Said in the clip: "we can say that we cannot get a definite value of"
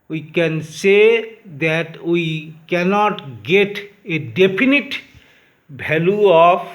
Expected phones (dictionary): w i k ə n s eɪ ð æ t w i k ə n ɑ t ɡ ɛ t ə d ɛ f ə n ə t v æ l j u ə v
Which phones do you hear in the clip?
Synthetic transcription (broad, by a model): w i k ə n s eɪ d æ t w i k ə n ɑ t ɡ ɛ t ə d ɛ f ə n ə t b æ l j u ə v